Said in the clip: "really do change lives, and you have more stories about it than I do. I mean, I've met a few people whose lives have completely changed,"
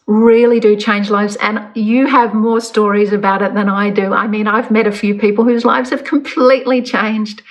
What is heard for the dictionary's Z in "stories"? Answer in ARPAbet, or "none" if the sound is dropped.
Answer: Z